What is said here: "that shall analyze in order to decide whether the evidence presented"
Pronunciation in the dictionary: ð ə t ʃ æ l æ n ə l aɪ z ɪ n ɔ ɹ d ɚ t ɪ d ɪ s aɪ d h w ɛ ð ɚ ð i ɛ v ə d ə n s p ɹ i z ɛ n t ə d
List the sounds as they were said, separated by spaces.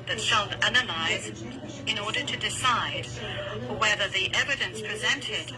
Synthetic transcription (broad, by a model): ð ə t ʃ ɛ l æ n ə l aɪ z ɪ n ɔ ɹ d ɚ t ɪ d ɪ s aɪ d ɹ w ɛ ð ɚ ð i ɛ v ə d ə n s p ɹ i z ɛ n t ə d